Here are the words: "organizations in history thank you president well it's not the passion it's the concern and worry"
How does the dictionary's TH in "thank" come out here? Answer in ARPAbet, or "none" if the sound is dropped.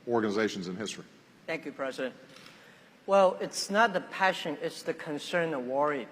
TH